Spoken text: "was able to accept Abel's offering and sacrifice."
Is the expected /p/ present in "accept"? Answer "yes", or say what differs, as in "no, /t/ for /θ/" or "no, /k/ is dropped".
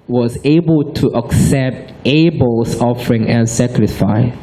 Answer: yes